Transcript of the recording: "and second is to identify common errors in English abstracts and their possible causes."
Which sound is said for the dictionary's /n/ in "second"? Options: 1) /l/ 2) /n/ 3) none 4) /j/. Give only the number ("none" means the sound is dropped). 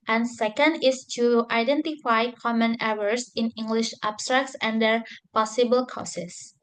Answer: 2